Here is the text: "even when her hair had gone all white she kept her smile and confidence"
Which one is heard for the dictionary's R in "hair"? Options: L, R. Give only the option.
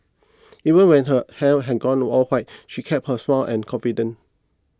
L